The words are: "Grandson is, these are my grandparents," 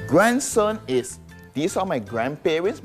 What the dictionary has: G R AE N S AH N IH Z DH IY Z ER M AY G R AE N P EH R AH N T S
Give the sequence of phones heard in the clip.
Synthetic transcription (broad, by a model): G R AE N S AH N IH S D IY S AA M AY G R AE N P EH R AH N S